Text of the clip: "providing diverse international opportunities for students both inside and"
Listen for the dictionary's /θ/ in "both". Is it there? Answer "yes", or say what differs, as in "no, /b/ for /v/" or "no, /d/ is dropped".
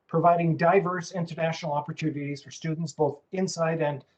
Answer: yes